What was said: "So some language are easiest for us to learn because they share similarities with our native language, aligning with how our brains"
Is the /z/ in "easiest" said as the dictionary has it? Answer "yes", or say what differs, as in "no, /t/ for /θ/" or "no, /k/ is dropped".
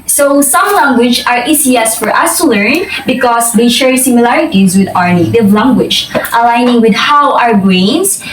no, /s/ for /z/